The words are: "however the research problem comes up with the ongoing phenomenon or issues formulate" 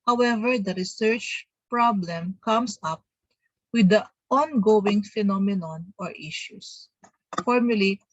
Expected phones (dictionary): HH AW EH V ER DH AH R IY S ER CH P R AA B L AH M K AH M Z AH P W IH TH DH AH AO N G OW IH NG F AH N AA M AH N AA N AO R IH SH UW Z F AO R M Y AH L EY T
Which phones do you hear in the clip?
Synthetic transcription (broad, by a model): HH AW EH V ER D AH R IY S ER CH P R AA B L AH M K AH M S AH P W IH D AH AO N G OW IH NG F AH N AA M AH N AA N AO R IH SH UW S F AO R M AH L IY